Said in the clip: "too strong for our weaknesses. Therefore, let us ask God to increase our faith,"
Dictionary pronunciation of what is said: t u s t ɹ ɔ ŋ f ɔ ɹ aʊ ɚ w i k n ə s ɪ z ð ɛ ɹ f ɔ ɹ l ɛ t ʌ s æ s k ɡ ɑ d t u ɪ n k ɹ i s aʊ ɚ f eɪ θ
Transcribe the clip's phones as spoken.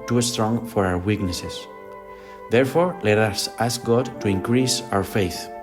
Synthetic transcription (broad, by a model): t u s t ɹ ɔ ŋ f ɔ ɹ aʊ ɚ w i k n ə s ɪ s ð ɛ ɹ f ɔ ɹ l ɛ t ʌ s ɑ s k ɡ ɑ d t u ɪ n k ɹ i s aʊ ɚ f eɪ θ